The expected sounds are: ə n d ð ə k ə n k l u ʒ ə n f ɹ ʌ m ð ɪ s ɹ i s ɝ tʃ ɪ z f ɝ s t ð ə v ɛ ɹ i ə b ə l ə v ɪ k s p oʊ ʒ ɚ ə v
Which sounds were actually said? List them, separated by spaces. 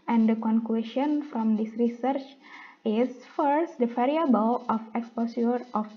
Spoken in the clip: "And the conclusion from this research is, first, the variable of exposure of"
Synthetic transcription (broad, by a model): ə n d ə k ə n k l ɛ ʃ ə n f ɹ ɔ m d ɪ s ɹ i s ɝ tʃ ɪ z f ɝ s t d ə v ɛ ɹ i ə b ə l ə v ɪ k s p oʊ s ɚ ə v